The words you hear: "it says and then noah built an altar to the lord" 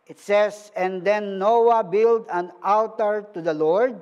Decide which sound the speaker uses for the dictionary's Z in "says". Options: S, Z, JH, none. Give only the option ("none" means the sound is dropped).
S